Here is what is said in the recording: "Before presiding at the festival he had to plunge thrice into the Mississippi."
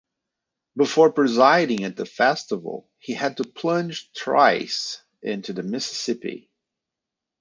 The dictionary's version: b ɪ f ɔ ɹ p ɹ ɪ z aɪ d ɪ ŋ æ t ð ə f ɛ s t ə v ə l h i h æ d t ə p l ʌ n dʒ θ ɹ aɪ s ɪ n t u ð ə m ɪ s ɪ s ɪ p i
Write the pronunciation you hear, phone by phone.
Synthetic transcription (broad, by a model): b ɪ f ɔ ɹ p ɹ ɪ z aɪ d ɪ ŋ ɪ t ð ə f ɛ s t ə v l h i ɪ d t ə p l ʌ n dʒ t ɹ aɪ s ɪ n t u ð ə m ɪ s ɪ s ɪ p i